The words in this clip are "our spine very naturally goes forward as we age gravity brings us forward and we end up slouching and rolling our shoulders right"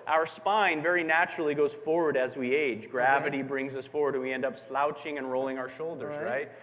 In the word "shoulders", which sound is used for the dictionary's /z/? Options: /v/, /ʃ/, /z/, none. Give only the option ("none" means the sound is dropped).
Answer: /z/